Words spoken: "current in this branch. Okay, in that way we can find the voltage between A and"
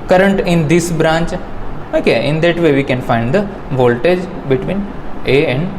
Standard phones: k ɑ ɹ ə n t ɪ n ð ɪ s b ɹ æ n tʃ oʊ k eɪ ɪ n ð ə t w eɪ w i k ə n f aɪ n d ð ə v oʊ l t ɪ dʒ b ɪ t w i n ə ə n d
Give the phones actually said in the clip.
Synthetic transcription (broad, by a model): k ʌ ɹ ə n t ɪ n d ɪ s b ɹ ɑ n tʃ oʊ k eɪ ɪ n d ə t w eɪ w i k ə n f aɪ n d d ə v oʊ l t ɪ dʒ b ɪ t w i n ə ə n d